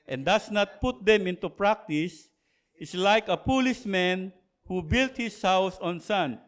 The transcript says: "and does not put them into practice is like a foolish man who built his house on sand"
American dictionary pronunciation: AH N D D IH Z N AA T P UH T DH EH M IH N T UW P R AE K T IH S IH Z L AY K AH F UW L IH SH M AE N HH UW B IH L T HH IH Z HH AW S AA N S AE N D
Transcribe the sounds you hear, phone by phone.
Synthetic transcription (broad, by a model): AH N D D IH S N AA T P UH T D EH M IH N T UW P R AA K T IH S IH S L AY K AH P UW L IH S M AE N HH UW B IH L T HH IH S HH AW S AA N S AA N